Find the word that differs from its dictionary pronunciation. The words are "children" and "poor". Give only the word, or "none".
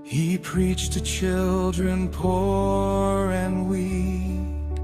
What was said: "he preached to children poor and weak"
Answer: none